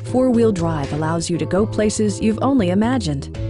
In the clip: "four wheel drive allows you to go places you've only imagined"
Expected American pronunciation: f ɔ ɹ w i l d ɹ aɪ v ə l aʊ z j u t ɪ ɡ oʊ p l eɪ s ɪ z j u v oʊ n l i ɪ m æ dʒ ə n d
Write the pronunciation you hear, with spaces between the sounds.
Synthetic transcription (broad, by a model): f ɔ ɹ w i l d ɹ aɪ v ə l aʊ z j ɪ t ɪ ɡ oʊ p l eɪ s ɪ z j u v oʊ n l i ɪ m æ dʒ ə n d